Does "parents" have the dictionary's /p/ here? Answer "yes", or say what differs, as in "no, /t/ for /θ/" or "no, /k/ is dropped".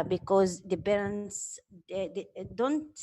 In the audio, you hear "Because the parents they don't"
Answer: no, /b/ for /p/